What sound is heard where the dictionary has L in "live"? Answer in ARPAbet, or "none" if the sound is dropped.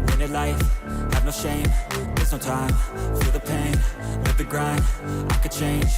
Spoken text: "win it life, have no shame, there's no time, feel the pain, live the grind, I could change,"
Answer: N